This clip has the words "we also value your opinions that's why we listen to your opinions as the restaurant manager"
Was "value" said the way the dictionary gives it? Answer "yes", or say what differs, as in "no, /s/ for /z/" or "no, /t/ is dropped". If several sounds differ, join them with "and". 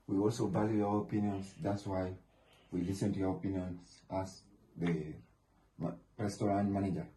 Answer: no, /b/ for /v/